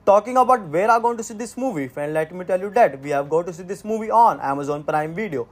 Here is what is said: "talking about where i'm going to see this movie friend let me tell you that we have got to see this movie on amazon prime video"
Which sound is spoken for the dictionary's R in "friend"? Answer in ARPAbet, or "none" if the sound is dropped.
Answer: none